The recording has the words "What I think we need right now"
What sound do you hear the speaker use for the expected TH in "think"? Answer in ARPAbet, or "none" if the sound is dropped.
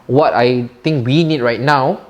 T